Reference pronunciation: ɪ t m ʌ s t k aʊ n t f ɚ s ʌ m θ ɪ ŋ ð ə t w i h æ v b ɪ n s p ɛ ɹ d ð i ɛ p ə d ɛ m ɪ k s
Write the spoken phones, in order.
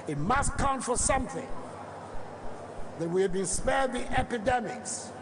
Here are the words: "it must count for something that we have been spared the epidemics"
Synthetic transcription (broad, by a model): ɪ t m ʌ s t k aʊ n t f ɚ s ʌ m θ ɪ ŋ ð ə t w i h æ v b ɪ n s p ɛ ɹ d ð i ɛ p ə d ɛ m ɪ k s